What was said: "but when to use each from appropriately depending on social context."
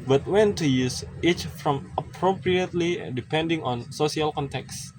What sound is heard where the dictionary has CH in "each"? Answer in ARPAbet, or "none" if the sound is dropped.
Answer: CH